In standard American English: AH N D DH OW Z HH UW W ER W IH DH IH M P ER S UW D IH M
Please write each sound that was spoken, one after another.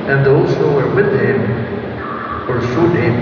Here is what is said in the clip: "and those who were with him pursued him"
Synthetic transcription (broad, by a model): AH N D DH OW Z HH UW W ER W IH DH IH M F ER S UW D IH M